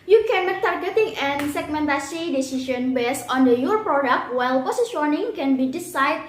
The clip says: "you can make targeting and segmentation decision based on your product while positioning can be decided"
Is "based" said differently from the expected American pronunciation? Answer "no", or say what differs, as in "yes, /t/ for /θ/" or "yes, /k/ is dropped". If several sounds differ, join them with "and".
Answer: yes, /t/ is dropped